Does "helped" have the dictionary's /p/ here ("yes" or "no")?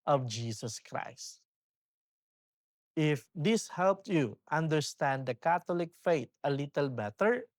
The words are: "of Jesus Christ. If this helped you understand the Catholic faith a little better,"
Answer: yes